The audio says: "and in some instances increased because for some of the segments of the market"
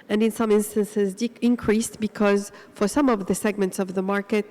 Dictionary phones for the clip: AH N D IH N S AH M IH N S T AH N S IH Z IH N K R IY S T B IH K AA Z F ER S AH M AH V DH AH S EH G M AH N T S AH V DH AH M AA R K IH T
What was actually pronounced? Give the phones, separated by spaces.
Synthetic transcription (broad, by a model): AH N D IH N S AH M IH N S T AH N S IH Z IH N K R IY S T B IH K AA Z F ER S AH M AH V DH AH S EH G M AH N T S AH V DH AH M AA R K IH T